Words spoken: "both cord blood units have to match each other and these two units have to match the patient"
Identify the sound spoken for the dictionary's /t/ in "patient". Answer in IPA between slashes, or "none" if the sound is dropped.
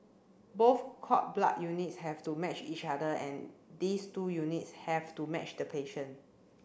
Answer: none